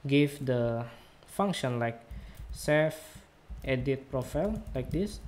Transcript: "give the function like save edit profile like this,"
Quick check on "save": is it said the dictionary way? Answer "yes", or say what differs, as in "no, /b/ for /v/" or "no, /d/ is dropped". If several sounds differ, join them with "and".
no, /f/ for /v/